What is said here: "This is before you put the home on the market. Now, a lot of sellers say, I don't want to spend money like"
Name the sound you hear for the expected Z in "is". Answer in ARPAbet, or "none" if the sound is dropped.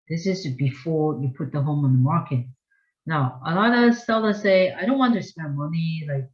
Z